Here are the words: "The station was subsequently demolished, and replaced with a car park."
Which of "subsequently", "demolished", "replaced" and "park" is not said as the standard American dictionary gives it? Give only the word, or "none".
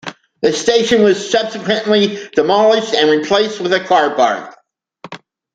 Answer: park